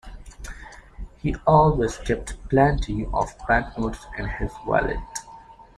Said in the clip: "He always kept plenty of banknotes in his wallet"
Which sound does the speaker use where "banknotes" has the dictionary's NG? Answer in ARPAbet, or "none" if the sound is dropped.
none